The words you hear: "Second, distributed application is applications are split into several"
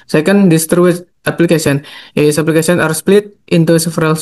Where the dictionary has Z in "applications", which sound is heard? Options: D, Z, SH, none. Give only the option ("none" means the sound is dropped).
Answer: none